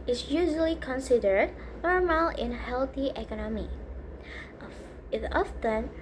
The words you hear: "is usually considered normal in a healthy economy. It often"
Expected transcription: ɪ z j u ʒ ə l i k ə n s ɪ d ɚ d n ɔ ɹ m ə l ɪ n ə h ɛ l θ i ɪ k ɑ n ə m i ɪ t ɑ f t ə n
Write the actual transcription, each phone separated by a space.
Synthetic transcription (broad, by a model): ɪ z j u ʒ ə l i k ə n s ɪ d ɚ d n ɔ ɹ m ə l ɪ n h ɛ l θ i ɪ k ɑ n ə m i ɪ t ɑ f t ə n